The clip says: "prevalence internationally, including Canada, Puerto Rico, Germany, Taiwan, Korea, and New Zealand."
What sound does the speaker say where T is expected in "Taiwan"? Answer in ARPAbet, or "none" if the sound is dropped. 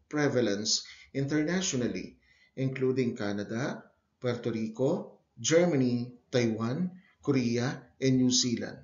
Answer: T